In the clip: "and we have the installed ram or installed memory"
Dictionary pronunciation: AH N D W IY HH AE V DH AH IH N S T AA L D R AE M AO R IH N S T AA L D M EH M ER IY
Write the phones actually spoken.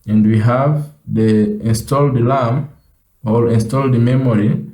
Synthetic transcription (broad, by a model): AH N D W IY HH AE V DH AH IH N S T AA L D L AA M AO L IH N S T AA L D M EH M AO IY